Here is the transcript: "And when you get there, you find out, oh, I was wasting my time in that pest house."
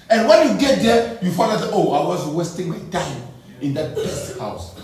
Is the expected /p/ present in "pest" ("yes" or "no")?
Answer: no